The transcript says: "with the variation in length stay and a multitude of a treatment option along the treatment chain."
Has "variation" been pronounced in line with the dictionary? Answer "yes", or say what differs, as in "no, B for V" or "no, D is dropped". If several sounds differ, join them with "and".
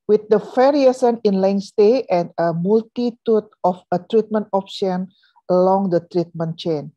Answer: no, S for SH